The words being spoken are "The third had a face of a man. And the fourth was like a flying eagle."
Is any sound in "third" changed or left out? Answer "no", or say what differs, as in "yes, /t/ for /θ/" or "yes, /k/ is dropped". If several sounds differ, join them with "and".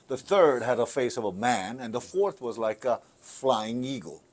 no